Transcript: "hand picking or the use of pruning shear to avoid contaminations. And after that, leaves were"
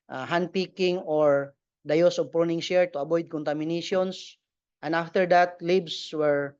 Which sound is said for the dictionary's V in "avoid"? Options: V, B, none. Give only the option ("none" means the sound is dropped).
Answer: B